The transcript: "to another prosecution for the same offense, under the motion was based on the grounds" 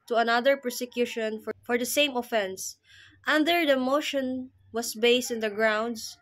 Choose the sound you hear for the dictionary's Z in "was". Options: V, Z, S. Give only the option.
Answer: S